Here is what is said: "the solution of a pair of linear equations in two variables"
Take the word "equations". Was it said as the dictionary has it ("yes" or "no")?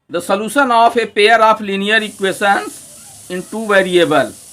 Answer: no